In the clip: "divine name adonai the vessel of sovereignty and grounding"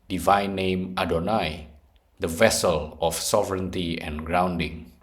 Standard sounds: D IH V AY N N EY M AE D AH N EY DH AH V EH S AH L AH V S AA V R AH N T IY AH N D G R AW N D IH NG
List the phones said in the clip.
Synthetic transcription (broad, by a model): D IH V AY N N EY M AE D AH N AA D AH V EH S AH L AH F S AA V R AH N T IY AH N G R AW N D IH NG